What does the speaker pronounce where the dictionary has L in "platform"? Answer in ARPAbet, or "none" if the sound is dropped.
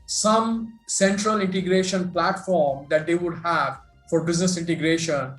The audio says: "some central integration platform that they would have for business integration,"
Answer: L